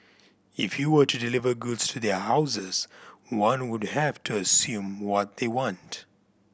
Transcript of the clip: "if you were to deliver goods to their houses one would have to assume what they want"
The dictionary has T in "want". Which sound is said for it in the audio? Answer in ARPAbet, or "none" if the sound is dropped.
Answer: T